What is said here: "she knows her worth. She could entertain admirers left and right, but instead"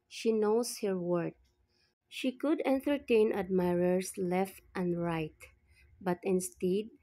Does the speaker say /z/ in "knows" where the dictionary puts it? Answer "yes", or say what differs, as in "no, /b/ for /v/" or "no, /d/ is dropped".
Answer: no, /s/ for /z/